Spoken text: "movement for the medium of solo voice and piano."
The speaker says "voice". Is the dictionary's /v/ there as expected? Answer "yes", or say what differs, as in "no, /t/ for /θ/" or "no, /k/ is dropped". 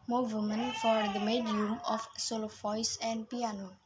no, /f/ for /v/